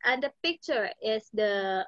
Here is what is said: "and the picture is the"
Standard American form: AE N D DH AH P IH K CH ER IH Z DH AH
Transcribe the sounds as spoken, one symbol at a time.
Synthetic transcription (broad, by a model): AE N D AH P IH K CH ER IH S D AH